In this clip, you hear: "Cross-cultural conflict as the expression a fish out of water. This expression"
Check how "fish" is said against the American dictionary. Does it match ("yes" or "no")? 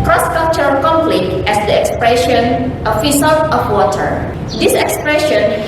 no